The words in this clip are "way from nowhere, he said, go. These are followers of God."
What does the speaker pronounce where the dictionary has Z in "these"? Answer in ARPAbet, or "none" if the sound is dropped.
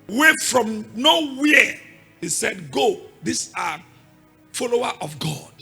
S